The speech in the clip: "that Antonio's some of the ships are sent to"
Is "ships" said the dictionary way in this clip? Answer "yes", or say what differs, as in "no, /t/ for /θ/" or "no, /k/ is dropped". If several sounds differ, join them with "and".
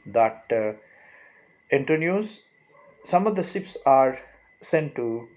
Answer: no, /s/ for /ʃ/